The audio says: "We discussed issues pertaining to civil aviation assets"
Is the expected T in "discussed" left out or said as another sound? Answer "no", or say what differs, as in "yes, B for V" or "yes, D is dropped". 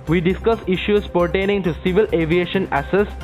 yes, T is dropped